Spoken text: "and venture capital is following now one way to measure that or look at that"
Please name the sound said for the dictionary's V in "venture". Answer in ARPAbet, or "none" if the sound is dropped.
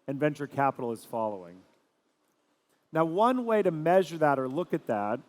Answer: V